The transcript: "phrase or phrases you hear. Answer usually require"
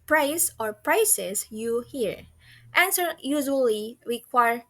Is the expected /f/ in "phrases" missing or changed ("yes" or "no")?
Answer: yes